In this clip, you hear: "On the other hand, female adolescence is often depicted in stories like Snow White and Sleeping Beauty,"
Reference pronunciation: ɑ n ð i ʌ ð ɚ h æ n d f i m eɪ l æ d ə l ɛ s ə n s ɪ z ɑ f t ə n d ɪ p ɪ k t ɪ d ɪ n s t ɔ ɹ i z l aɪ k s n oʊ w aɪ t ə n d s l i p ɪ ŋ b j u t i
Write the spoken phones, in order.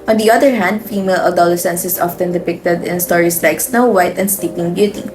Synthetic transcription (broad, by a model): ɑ n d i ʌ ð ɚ h æ n d f i m eɪ l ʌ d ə l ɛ s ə n s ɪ s ɑ f t ə n d ɪ p ɪ k t ɪ d ɪ n s t ɔ ɹ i s l aɪ k s n oʊ w aɪ t ə n d s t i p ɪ ŋ b j u t i